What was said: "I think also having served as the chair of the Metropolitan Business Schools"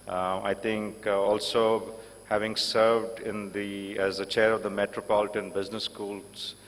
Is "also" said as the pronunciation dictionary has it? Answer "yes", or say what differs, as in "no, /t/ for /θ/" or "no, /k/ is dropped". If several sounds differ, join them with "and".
yes